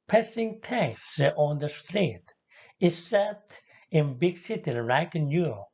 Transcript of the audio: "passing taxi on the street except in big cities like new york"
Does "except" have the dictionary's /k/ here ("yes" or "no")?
no